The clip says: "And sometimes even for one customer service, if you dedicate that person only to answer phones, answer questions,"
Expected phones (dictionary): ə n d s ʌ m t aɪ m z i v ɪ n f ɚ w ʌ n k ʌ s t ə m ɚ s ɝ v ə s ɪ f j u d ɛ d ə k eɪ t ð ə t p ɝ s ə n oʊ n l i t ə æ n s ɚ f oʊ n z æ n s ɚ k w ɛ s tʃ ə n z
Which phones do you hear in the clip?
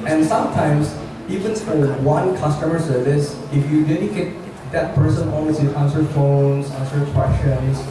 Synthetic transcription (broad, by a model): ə n s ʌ m t aɪ m s i v ɪ n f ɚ w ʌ n k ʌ s t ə m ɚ s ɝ v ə s ɪ f j u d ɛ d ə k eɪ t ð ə t p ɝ s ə n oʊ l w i s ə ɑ n s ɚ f oʊ n s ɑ n s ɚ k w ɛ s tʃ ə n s